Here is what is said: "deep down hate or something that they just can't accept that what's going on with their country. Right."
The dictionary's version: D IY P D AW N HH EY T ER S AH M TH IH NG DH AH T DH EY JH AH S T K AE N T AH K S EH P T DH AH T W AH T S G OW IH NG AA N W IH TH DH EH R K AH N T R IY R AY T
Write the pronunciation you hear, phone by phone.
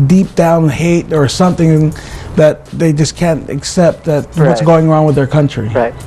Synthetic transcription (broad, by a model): D IY P D AW N HH EY T ER S AH M TH IH NG DH AH T DH EY JH AH S K AE N T AH K S EH P T DH AH T W AH T S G OW IH NG AA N W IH DH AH R K AH N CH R IY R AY